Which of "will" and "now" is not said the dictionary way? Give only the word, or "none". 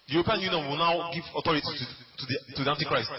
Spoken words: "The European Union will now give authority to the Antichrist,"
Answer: none